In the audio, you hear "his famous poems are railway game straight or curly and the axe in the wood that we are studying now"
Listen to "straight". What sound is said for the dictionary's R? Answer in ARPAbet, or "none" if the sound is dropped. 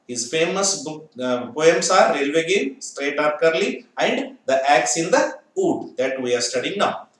R